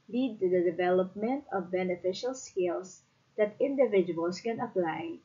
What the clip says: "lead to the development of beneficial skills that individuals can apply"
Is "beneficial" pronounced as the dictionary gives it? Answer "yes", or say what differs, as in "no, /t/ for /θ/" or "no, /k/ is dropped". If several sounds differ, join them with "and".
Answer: yes